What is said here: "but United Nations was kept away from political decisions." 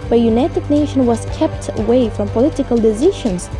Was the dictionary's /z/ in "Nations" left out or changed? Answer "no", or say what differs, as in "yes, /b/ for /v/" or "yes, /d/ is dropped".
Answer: yes, /z/ is dropped